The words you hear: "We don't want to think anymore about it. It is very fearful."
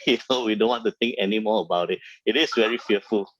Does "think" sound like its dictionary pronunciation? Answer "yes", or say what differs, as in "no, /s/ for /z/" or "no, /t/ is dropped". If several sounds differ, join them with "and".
no, /t/ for /θ/